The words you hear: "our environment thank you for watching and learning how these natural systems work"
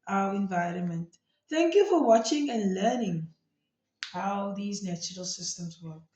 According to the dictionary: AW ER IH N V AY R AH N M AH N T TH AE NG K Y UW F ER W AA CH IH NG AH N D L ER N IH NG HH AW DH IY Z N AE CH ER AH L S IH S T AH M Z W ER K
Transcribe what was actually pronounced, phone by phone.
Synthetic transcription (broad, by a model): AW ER IH N V AY R AH N M AH N T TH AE NG K Y UW F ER W AA CH IH NG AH N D L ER N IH NG HH AW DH IY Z N AE CH ER AH L S IH S T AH M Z W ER